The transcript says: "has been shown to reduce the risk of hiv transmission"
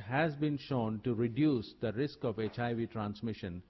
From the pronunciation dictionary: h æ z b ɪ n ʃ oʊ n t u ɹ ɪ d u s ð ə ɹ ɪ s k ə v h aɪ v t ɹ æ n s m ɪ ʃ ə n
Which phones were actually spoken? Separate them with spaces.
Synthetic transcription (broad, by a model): h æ z b ɪ n ʃ oʊ n t u ɹ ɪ d u s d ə ɹ ɪ s k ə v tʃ aɪ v t ɹ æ n s m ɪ ʃ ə n